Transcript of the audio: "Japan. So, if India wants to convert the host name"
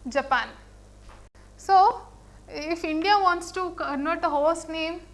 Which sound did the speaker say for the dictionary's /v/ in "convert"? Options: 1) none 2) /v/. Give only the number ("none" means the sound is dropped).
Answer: 1